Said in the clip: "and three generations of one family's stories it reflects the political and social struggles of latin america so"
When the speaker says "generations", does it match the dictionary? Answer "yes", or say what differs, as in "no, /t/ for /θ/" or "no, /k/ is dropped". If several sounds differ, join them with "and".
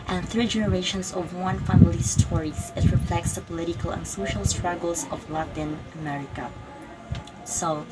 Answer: no, /s/ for /z/